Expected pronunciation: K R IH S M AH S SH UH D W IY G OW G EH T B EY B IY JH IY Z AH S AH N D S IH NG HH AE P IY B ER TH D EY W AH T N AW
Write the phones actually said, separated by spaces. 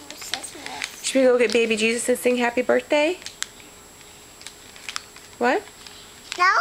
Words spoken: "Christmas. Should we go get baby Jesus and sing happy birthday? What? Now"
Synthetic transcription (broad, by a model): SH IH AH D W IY G OW G EH T B EY B IY JH IY Z AH S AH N S IH NG HH AE P IY B ER TH D EY W AH T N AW